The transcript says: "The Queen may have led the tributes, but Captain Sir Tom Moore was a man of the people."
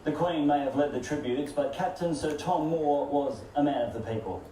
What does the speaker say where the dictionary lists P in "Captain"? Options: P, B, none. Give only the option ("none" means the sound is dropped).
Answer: P